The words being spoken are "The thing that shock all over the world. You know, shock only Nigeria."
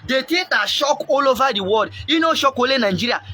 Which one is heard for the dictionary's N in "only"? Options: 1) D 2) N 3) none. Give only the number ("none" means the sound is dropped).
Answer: 3